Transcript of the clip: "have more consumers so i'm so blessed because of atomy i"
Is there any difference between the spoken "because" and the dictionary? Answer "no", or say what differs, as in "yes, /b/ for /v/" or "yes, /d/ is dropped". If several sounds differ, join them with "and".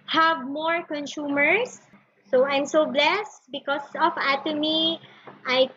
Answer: yes, /s/ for /z/